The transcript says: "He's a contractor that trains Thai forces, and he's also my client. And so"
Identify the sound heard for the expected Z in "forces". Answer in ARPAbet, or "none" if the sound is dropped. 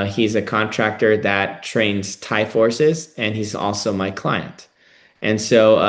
Z